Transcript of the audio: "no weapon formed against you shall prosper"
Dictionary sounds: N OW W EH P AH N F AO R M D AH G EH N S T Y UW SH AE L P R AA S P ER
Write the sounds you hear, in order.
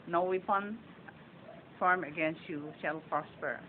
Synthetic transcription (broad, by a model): N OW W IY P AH N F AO R M AH G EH N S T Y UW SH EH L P R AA S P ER